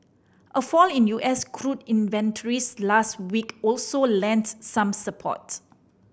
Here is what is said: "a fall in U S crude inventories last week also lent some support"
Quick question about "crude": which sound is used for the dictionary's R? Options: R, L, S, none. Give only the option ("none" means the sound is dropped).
R